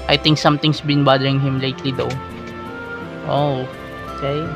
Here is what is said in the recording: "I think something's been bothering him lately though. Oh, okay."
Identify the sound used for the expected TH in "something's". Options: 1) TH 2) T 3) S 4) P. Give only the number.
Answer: 2